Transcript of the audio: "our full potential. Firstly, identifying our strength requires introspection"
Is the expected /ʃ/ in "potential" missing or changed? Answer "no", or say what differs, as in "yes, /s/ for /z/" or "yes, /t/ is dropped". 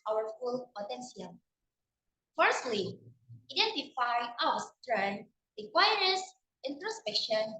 yes, /s/ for /ʃ/